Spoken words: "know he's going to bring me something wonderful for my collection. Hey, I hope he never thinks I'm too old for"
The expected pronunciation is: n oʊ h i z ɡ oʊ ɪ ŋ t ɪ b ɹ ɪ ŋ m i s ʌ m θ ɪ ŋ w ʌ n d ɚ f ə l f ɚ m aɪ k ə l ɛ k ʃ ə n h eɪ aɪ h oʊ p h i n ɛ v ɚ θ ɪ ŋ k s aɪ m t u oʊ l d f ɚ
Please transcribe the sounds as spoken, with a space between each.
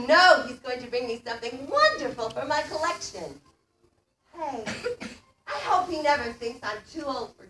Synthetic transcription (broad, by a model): n oʊ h i z ɡ oʊ ɪ ŋ t ɪ b ɹ ɪ ŋ m i s ʌ m θ ɪ ŋ w ʌ n d ɚ f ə l f ɚ m aɪ k ə l ɛ k ʃ ə n h eɪ aɪ h oʊ p h i n ɛ v ɚ θ ɪ ŋ k s aɪ m t u oʊ l d f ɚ